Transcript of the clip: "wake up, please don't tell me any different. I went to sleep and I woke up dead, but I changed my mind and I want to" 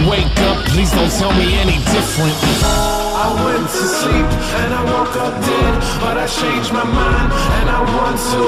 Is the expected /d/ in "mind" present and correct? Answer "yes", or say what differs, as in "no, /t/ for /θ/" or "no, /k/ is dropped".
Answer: no, /d/ is dropped